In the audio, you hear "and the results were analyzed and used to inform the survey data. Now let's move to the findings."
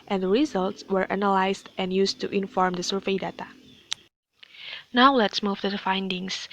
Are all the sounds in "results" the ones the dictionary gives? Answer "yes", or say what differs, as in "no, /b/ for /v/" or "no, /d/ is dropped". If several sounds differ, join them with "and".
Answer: yes